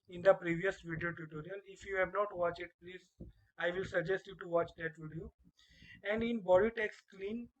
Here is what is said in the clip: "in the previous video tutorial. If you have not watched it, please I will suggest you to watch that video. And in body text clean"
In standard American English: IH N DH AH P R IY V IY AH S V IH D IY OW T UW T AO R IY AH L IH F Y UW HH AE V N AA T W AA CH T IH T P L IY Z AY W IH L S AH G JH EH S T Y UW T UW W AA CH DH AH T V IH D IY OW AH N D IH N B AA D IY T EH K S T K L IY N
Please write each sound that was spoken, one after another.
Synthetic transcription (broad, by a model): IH N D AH P R IY V IY AH S V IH D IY OW T UW T AO R IY AH L IH F Y UW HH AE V N AA T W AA CH IH T P L IY Z AY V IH L S AH G JH EH S T Y UW T UW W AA CH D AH T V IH D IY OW AH N D IH N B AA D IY T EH K S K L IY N